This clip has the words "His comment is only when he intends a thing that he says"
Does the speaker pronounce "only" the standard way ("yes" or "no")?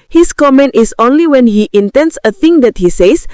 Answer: yes